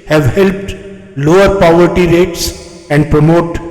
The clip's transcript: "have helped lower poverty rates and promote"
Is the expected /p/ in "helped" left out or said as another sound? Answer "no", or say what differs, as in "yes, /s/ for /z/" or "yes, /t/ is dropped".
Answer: no